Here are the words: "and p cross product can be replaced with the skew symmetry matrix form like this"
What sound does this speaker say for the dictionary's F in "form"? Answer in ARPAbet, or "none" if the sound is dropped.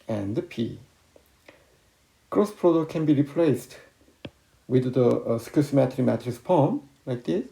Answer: P